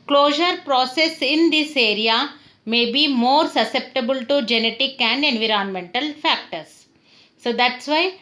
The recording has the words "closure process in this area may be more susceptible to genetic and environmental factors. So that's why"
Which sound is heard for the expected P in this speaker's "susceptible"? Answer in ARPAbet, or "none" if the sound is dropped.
P